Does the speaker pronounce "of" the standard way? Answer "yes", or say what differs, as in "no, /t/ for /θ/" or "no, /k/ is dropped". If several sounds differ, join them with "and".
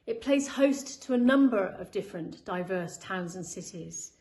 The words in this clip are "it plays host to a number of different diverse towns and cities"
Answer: yes